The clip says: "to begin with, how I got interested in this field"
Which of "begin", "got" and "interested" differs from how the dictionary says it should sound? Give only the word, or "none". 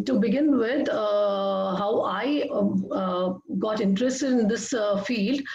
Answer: interested